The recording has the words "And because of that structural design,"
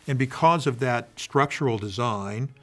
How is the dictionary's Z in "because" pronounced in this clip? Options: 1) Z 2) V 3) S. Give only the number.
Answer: 1